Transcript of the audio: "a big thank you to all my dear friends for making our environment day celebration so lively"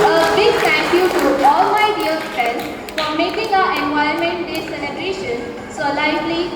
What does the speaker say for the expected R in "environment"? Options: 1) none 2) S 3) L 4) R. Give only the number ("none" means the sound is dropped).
1